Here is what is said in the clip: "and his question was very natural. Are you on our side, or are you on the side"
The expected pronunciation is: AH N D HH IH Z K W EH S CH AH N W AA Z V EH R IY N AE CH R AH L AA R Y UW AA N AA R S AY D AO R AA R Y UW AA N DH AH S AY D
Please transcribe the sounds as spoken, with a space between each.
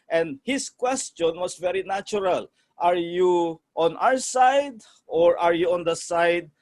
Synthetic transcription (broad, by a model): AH N D HH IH S K W EH S CH AH N W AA S V EH R IY N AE CH R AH L AA R Y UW AA N AA R S AY D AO R AA R Y UW AA N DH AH S AY D